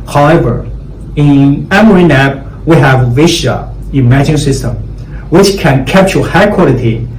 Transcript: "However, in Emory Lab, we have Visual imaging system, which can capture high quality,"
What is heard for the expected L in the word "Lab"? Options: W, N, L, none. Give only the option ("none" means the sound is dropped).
N